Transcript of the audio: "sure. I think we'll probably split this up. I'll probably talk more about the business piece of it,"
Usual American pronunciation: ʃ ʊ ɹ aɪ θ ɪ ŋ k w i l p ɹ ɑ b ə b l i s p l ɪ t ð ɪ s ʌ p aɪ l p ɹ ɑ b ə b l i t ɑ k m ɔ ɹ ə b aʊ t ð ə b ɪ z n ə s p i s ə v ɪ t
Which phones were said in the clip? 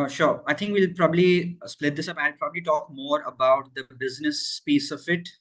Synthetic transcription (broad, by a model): ʃ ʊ ɹ aɪ t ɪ ŋ k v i l p ɹ ɑ b ə b l i s p l ɪ t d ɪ s ʌ p aɪ l p ɹ ɑ b ə b l i t ɑ k m ɔ ɹ ə b aʊ t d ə b ɪ z n ə s p i s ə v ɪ t